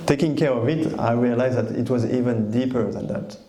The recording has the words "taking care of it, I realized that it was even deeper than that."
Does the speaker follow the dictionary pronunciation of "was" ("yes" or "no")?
yes